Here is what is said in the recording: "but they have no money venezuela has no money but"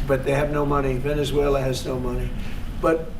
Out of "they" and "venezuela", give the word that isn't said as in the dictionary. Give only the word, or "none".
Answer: none